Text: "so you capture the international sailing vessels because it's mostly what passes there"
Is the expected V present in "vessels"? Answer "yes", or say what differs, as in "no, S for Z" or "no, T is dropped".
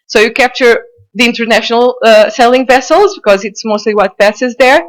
yes